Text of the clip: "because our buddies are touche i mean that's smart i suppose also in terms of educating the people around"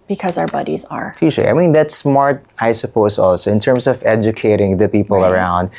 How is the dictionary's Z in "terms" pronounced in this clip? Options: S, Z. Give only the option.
S